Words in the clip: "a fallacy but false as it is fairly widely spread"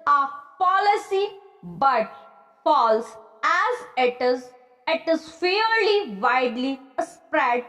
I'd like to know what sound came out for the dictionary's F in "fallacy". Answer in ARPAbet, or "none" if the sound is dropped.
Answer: P